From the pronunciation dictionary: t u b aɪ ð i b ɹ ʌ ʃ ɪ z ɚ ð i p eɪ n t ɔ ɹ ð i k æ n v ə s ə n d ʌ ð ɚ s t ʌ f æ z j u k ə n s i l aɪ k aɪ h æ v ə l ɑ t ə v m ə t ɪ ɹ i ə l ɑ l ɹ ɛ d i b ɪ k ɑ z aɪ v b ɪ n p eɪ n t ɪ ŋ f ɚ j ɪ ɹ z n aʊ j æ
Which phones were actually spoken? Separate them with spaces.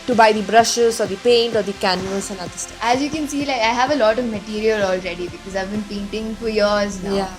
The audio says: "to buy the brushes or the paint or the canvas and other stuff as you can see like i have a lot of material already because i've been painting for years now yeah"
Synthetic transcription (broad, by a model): t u b aɪ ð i b ɹ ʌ ʃ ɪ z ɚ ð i p eɪ n t ɔ ɹ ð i k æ n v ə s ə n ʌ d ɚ s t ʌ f æ z j u k ə n s i l aɪ k aɪ h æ v ə l ɑ t ə v m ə t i ɹ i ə l ɑ l ɹ ɛ d i b ɪ k ɑ z aɪ v b ɪ n p eɪ n t ɪ ŋ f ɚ j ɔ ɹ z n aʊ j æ